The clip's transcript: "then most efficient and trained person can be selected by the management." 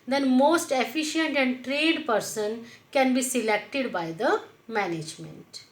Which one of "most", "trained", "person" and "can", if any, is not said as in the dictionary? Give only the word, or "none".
trained